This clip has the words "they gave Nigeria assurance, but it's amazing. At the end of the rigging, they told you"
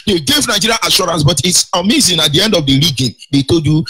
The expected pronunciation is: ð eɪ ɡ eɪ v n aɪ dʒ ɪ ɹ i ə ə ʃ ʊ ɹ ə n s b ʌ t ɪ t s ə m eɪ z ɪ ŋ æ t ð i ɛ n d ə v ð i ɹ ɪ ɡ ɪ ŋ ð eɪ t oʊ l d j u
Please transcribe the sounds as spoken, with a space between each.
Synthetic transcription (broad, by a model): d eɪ ɡ eɪ v n aɪ dʒ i ɹ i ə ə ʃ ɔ ɹ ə n s b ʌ t ɪ t s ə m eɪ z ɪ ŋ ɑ t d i ɛ n d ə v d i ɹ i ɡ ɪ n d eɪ t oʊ d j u